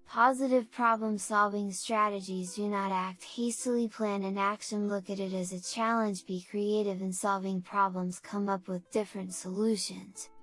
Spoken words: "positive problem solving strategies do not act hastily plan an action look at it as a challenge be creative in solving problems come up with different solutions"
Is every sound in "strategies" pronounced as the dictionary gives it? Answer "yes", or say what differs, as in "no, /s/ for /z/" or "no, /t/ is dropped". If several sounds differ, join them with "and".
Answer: yes